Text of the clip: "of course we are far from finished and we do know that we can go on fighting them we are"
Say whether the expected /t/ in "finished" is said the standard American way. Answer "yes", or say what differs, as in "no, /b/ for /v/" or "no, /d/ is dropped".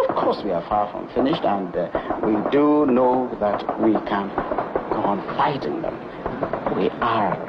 yes